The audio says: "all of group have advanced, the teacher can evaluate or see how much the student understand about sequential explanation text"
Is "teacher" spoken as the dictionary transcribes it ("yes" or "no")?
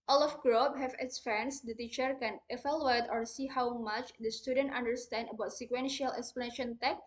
yes